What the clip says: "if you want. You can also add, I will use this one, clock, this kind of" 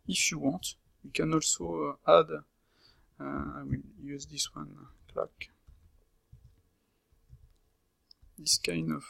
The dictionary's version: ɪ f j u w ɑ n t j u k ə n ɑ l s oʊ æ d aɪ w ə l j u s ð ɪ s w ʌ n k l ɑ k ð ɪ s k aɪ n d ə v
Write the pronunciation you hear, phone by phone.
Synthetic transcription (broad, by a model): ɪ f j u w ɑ t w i k ə n ɑ l s oʊ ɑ d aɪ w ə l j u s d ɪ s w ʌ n k l ɑ k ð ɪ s k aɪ n ə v